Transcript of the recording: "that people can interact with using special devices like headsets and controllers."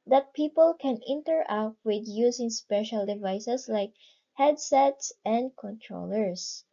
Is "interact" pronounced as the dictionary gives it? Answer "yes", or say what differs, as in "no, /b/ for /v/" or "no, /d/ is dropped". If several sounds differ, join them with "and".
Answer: no, /k/ is dropped